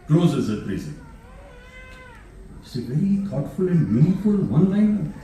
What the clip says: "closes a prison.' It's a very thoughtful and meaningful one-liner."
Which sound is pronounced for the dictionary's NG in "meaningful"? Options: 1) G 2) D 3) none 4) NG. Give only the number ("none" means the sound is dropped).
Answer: 3